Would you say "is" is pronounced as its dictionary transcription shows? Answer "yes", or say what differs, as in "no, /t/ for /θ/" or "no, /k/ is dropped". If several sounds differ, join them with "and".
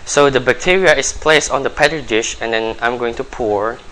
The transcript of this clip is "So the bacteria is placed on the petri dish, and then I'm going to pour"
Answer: no, /s/ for /z/